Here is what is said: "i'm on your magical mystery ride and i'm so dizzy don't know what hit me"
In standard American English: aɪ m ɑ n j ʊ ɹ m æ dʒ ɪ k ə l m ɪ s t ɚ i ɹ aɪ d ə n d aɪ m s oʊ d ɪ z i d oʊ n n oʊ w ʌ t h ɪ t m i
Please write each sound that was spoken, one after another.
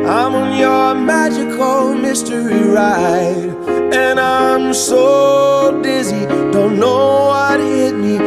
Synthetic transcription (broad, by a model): aɪ m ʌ n j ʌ ɹ m æ dʒ ɪ k ə l m ɪ s t ɚ i ɹ aɪ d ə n aɪ m s oʊ d ɪ z i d oʊ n n oʊ w ʌ t h ɪ t m i